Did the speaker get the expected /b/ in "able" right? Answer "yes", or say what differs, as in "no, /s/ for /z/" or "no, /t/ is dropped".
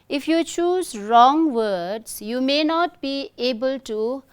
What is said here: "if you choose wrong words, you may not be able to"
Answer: yes